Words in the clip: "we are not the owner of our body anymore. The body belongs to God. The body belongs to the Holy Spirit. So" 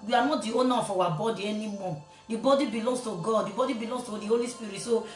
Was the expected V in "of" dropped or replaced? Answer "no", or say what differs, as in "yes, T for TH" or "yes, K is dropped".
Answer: yes, W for V